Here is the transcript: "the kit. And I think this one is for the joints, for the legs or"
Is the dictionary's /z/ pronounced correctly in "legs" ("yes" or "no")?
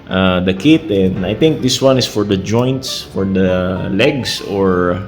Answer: no